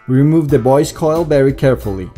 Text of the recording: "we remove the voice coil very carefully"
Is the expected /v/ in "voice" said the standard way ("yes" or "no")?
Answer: no